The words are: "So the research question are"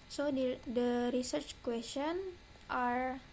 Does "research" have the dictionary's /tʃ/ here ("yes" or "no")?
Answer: yes